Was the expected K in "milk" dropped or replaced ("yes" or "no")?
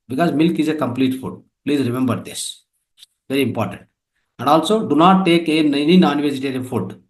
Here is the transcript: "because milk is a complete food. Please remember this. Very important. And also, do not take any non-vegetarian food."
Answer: no